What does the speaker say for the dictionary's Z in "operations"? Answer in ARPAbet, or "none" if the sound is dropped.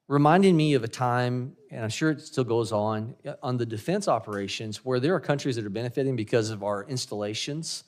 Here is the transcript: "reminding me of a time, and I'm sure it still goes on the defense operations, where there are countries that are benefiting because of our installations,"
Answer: Z